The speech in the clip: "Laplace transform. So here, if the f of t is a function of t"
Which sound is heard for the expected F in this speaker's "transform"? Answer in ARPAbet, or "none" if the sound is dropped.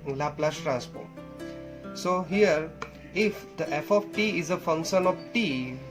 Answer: P